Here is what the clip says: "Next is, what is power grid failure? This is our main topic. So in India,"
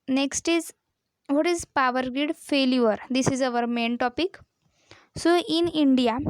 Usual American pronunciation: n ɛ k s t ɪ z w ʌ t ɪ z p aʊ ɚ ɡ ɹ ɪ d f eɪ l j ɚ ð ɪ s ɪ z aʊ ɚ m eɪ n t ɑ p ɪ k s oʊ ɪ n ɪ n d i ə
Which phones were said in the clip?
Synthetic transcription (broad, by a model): n ɛ k s t ɪ z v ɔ t ɪ z p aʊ ɚ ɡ ɪ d f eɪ l j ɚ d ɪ s ɪ z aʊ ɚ m eɪ n t ɑ p ɪ k s oʊ ɪ n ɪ n d i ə